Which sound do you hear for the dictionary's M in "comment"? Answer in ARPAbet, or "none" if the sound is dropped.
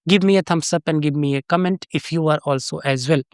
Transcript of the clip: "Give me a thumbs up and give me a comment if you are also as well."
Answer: M